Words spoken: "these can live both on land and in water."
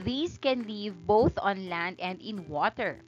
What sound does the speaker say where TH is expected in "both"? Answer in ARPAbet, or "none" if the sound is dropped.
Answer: TH